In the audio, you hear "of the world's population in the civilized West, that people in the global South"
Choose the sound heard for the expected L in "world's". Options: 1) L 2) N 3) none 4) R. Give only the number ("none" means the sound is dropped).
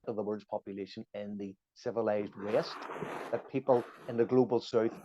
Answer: 3